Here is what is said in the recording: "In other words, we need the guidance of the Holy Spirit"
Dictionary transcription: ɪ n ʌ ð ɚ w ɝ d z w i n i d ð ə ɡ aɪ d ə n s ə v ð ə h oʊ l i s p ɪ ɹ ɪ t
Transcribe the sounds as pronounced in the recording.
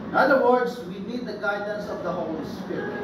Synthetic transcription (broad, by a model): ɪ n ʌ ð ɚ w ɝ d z w i n i d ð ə ɡ aɪ d ə n s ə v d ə h oʊ l i s p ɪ ɹ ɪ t